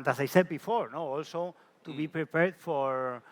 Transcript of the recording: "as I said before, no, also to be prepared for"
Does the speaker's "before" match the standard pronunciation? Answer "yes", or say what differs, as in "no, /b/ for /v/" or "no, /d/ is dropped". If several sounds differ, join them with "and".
yes